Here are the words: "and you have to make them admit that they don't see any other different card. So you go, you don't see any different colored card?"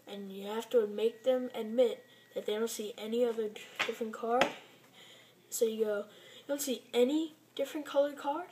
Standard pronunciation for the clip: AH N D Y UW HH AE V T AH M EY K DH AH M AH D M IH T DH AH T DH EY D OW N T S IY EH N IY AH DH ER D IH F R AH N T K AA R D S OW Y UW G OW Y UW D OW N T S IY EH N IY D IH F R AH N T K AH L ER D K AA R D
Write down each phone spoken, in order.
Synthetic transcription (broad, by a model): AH N Y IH HH AE F T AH M EY K DH AH M AH D M IH T DH AH T DH EY D OW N T S IY EH N IY AH DH ER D IH F R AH N K AA R D S OW Y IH G OW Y D OW N T S IY EH N IY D IH F R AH N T K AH L ER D K AA R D